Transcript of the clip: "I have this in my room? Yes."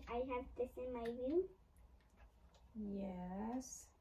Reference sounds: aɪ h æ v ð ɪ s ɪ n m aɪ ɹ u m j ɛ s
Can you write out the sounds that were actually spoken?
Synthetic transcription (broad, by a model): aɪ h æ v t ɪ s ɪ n m aɪ w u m j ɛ s